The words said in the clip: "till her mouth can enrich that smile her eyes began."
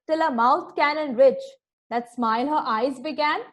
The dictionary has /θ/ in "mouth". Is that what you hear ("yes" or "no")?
no